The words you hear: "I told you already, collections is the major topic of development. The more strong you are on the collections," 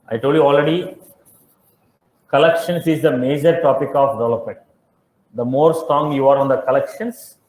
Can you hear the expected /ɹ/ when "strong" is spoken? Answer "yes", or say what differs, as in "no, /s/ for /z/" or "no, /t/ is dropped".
no, /ɹ/ is dropped